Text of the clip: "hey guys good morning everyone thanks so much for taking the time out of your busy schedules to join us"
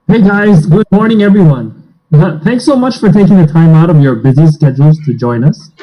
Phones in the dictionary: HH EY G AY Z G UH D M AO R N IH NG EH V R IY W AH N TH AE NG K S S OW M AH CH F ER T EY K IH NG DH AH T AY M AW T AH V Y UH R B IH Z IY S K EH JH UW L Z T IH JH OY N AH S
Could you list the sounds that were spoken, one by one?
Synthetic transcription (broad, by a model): HH EY G AY Z G UH D M AO R N IH NG EH V R IY W AH N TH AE NG K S S OW M AH CH F ER T EY K IH NG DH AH T AY M AW T AH V Y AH R B IH Z IY S K EH JH L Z T IH JH OY N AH S